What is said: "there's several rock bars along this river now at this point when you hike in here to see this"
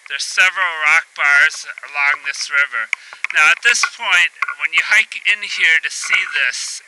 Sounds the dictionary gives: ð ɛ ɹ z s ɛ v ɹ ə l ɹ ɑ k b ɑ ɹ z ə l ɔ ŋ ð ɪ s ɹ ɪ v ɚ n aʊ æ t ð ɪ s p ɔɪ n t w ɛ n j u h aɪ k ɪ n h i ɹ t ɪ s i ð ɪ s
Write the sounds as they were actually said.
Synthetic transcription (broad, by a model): ð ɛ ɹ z s ɛ v ɹ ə l ɹ ɑ k b ɑ ɹ z ə l ɔ ŋ ð ɪ s ɹ ɪ v ɚ n aʊ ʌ t ð ɪ s p ɔɪ n t w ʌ n j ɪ h aɪ k ɪ n h i ɹ t ɪ s i ð ɪ s